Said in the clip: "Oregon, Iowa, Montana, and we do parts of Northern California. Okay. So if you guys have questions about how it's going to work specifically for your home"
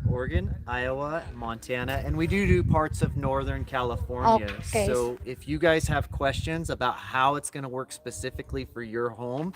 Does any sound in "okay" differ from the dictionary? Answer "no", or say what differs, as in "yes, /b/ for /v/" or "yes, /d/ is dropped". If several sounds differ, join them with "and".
yes, /k/ is dropped